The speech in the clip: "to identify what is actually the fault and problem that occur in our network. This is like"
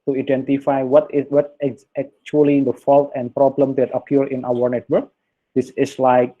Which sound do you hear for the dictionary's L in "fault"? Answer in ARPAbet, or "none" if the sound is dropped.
L